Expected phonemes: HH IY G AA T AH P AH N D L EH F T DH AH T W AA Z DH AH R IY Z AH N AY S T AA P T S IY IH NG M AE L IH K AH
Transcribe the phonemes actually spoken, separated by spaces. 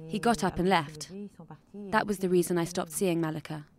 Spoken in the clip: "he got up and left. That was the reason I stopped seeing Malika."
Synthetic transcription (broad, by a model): HH IY G AA T AH P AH N L EH F T DH AH T W AA Z DH AH R IY Z AH N AY S T AA P T S IY IH NG M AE L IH K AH